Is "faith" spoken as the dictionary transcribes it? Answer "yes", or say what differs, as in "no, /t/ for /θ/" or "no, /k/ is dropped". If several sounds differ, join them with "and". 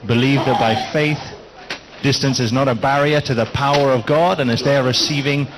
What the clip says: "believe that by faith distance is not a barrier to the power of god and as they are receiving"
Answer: yes